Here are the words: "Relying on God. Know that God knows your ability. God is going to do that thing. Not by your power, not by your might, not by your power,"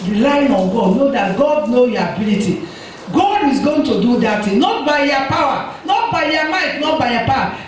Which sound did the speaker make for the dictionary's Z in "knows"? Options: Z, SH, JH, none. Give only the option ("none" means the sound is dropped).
none